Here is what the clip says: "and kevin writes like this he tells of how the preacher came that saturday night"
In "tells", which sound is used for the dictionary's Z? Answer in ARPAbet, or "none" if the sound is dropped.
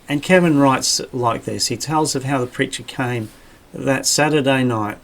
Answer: Z